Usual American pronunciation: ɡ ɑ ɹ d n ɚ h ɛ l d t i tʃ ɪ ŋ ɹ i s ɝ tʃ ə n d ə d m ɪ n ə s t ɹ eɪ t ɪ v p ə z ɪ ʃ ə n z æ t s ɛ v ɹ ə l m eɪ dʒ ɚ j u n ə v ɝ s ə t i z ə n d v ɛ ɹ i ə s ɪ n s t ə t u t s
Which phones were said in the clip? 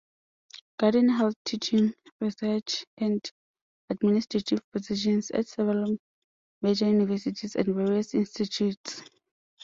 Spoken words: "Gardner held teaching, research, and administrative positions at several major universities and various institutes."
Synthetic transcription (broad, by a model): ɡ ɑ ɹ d n h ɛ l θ t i tʃ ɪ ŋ ɹ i s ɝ tʃ ə n d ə d m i n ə s t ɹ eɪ t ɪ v p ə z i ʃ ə n s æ t s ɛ v ə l m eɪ dʒ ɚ j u n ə v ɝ s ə t i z ə n d v ɛ ɹ i ə s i n s t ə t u t s